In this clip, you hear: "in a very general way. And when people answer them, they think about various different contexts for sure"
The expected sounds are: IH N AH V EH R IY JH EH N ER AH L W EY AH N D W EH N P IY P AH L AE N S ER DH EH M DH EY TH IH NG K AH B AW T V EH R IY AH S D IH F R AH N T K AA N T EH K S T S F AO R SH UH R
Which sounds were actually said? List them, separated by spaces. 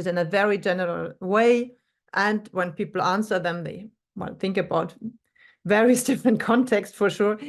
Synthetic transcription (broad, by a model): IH N AH V EH R IY JH EH N ER AH L W EY AH N D W EH N P IY P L AE N S ER DH EH M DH EY TH IH NG K AH B AW T V EH R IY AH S D IH F R AH N T K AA N T EH K S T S F AO R SH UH R